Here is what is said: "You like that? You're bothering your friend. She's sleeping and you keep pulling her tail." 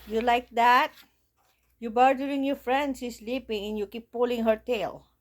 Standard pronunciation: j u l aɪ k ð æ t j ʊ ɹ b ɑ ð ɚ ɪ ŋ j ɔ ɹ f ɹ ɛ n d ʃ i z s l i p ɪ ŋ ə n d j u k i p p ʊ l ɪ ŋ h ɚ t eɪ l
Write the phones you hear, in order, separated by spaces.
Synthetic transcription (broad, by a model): j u l aɪ k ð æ t j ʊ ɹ b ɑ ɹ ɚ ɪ ŋ j ɔ ɹ f ɹ ɛ n d s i s l i p ɪ ŋ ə n j u k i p p ʊ l ɪ ŋ h ɚ t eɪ l